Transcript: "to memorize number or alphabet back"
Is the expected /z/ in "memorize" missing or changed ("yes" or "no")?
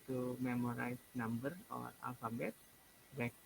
yes